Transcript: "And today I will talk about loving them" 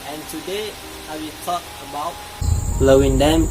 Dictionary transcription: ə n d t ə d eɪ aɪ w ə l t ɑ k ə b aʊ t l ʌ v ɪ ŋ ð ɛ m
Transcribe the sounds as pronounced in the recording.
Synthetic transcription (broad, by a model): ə n t ə d eɪ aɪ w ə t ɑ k ə b aʊ t l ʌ w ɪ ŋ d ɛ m